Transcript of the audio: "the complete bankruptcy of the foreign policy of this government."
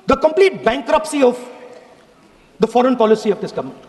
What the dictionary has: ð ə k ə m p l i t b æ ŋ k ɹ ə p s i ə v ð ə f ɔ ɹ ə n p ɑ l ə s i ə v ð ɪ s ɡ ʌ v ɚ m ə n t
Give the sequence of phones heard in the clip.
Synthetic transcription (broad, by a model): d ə k ə m p l i t b æ ŋ k ɹ ə p s i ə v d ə f ɔ ɹ ə n p ɑ l ə s i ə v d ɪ s ɡ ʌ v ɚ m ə n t